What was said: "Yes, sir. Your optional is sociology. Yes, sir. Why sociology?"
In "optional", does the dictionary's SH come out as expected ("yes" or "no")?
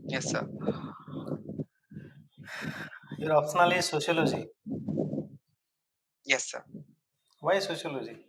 no